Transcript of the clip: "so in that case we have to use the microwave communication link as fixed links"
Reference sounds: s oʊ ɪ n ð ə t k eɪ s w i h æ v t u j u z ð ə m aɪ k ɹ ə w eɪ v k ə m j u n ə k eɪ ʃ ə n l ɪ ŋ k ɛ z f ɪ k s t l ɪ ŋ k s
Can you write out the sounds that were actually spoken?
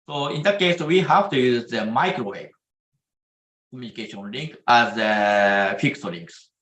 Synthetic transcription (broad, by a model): s oʊ ɪ n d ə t k eɪ s w i h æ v t u j u z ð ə m aɪ k ɹ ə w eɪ b k ə m j u n ə k eɪ ʃ ə n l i ŋ k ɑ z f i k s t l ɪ ŋ k s